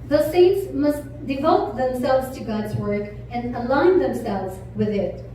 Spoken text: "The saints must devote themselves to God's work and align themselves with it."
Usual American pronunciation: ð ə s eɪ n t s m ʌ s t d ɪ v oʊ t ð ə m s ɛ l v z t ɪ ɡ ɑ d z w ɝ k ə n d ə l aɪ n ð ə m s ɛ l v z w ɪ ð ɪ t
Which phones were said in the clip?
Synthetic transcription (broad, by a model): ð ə s eɪ n t s m ʌ s t d ɪ v oʊ t ð ə m s ɛ l v z t ɪ ɡ ɑ d z w ɝ k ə n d ə l aɪ n ð ə m s ɛ l v z w ɪ ð ɪ t